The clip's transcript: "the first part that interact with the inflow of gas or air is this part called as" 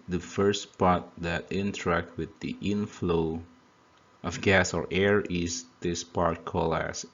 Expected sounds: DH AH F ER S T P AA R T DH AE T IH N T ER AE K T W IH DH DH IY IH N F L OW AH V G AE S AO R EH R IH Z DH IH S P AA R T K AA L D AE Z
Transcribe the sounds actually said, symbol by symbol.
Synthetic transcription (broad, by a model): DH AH F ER S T P AA R T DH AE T IH N T ER AE K T W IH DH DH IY IH N F L OW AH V G AE S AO R EH R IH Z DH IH S P AA R T K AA L AE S